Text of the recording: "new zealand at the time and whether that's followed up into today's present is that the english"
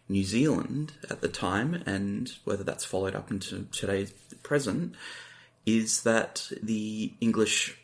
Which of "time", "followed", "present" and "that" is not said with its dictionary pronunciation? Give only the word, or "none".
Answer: none